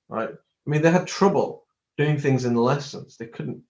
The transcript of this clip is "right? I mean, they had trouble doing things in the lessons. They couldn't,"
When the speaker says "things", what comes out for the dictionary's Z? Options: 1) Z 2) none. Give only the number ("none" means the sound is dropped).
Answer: 1